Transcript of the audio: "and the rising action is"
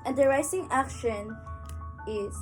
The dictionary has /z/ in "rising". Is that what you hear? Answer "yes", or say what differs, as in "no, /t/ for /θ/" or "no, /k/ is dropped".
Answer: no, /s/ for /z/